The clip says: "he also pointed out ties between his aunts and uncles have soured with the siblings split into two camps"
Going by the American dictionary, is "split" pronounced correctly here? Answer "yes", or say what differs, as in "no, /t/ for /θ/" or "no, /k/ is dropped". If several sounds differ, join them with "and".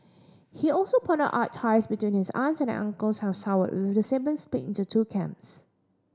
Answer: no, /l/ is dropped